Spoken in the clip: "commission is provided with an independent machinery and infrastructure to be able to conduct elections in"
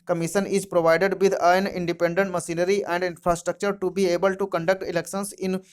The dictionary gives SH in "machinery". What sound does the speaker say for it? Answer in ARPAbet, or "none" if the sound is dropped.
S